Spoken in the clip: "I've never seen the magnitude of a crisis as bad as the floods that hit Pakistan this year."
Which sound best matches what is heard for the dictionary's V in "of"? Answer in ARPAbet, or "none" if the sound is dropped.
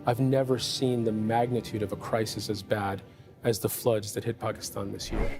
V